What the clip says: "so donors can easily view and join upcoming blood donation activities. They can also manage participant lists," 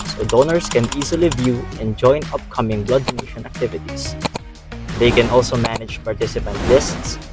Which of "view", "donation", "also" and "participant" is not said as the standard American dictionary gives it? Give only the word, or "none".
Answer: none